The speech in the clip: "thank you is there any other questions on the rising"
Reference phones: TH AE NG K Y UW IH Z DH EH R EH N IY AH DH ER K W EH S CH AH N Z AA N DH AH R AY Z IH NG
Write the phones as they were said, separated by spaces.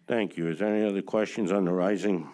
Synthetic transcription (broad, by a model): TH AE NG K Y UW IH Z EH EH N IY AH DH ER K W EH S CH AH N Z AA N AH R AY Z IH NG